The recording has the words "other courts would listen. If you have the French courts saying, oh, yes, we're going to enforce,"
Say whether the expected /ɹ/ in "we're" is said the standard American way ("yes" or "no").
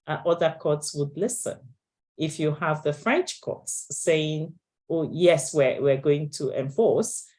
no